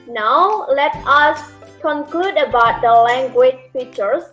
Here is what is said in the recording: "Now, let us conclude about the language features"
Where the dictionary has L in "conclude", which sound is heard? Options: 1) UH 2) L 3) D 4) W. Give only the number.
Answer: 2